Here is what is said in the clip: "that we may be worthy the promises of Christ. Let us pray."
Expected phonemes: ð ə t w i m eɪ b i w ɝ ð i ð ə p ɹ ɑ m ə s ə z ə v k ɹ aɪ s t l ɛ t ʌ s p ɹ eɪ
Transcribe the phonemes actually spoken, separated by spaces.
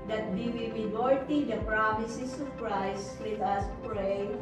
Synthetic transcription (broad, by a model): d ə t w i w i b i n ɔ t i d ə p ɹ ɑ m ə s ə s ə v k ɹ aɪ s t w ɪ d ʌ s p ɹ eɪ